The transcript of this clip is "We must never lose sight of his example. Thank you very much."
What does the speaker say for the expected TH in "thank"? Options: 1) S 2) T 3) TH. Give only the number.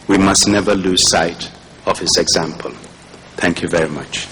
3